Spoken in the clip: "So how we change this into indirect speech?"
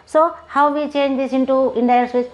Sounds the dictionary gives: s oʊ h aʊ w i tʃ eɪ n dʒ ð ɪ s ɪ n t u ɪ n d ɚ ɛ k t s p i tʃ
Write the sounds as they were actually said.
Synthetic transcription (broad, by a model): s oʊ h aʊ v i tʃ eɪ n dʒ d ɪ s ɪ n t u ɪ n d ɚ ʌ t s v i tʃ